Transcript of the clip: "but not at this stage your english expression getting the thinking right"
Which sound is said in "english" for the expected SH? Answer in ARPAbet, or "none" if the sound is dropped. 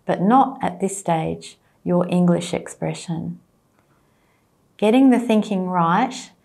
SH